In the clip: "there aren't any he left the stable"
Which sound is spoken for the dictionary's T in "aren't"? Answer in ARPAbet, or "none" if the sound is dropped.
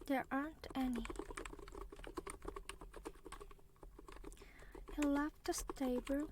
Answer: T